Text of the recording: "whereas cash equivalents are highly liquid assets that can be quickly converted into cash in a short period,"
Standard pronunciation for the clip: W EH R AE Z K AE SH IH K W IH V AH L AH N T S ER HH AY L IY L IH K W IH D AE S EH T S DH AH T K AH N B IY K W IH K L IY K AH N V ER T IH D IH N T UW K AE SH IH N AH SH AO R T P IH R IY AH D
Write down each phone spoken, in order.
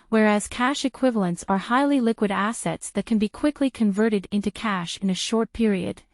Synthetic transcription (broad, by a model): W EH R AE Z K AE SH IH K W IH V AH L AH N T S ER HH AY L IY L IH K W IH D AE S EH T S DH AH T K AH N B IY K W IH K L IY K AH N V ER T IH D IH N T UW K AE SH IH N AH SH AO R T P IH R IY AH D